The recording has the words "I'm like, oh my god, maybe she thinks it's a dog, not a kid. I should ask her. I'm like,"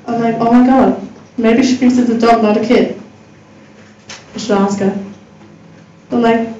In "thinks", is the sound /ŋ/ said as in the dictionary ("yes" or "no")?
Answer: no